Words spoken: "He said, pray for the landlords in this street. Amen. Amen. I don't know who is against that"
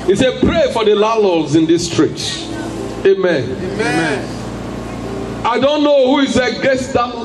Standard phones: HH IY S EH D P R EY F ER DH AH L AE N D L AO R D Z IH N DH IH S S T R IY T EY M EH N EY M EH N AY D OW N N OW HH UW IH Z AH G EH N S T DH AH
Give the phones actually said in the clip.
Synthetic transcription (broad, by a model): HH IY S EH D P R EY F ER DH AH L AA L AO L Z IH N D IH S S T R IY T EY M EH N EY M EH N AY D OW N N OW HH UW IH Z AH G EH S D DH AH